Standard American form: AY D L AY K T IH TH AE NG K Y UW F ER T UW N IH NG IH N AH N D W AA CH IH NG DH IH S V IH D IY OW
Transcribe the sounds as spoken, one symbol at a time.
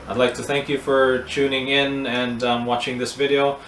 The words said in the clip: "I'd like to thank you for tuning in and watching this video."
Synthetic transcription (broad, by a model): AY D L AY K T IH TH AE NG K Y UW F ER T UW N IH NG IH N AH N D W AA CH IH NG DH IH S V IH D IY OW